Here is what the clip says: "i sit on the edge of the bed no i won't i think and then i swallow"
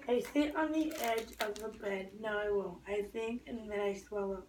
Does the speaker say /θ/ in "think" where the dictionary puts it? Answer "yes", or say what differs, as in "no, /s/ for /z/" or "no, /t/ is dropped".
yes